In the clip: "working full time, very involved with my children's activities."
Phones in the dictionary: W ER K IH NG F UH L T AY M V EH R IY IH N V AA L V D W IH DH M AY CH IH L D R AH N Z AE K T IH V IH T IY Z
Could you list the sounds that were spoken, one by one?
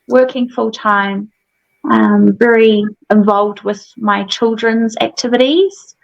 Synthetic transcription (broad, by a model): W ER K IH NG F UH L T AY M V EH R IY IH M V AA L V D W IH DH M AY CH IH L D R AH N Z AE K T IH V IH T IY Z